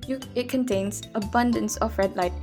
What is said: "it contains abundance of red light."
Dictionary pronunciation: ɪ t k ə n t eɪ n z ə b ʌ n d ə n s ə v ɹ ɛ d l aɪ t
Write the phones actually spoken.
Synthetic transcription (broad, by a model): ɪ t k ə n t eɪ n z ə b ʌ n d ə n s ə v ɹ ɛ d l aɪ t